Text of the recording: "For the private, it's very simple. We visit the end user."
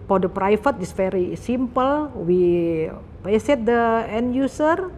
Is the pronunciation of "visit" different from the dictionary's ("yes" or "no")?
yes